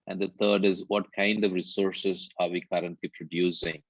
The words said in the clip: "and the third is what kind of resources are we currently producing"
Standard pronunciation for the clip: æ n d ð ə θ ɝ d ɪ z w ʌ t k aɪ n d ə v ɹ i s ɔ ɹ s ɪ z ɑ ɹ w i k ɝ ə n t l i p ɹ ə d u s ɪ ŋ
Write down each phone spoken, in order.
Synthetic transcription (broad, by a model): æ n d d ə t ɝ d ɪ z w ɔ t k aɪ n d ə v ɹ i s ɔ ɹ s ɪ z ɑ ɹ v i k ɝ ə n t l i p ɹ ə d u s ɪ ŋ